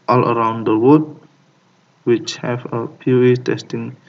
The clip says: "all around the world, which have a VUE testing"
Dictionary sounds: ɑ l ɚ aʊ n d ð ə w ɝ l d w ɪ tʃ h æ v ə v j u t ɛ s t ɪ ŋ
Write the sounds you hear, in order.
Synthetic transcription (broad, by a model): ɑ l ɚ aʊ n d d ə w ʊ d w ɪ tʃ h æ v ə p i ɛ t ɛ s t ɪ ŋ